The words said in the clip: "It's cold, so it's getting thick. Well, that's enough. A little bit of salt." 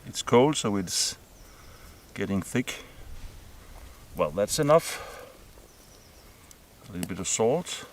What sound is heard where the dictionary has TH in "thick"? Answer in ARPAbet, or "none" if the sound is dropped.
TH